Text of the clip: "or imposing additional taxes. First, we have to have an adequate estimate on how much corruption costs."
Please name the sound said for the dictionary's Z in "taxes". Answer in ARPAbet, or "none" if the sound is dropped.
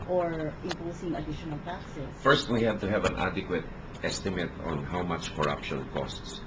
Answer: S